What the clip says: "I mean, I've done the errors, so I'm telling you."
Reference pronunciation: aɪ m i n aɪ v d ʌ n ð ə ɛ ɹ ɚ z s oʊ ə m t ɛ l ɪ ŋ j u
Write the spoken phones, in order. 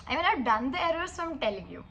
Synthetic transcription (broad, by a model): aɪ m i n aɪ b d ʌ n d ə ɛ ɹ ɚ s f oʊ ə m t ɛ l ɪ ŋ j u